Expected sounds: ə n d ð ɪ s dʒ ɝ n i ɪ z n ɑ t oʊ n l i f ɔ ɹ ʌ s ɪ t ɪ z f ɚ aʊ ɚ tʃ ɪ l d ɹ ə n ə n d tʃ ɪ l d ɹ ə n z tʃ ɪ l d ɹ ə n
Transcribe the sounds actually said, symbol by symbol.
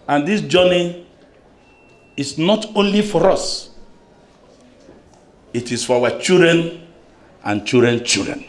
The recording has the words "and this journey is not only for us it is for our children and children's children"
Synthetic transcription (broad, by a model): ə n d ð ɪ s dʒ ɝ n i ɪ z n ɑ t oʊ n l i f ɔ ɹ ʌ s ɪ t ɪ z f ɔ aʊ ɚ tʃ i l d ɹ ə n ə n tʃ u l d ɹ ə n tʃ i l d ɹ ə n